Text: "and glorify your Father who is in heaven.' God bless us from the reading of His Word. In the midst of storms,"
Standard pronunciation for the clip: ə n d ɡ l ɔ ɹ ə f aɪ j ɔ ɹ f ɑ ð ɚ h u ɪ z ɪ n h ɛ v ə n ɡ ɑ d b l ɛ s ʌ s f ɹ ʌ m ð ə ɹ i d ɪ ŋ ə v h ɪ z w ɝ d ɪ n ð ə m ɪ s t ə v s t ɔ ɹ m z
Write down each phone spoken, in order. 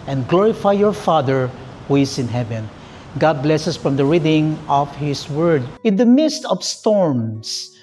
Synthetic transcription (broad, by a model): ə n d ɡ l ɔ ɹ ə f aɪ j ɔ ɹ f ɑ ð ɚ h u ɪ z ɪ n h ɛ v ə n ɡ ɑ d b l ɛ s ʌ s f ɹ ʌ m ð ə ɹ i d ɪ ŋ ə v h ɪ s w ɝ d ɪ n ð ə m ɪ s t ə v s t ɔ ɹ m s